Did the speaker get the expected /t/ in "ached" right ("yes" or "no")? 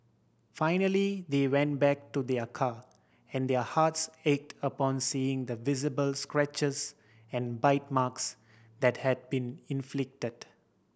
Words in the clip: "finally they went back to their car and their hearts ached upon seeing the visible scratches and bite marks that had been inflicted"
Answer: yes